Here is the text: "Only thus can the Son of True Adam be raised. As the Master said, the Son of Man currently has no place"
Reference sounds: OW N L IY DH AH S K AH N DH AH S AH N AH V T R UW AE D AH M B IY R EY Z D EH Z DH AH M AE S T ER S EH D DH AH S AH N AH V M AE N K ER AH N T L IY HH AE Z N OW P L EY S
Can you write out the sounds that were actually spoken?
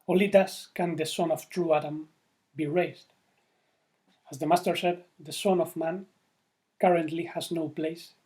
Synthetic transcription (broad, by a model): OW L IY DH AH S K AH N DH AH S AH N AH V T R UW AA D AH M B IY R EY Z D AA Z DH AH M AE S T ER SH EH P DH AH S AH N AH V M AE N K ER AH N T L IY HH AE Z N OW P L EY S